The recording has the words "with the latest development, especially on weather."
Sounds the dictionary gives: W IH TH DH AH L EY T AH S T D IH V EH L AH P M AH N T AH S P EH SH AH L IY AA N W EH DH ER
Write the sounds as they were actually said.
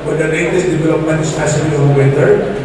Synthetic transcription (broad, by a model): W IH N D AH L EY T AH S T D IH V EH L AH P M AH N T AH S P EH S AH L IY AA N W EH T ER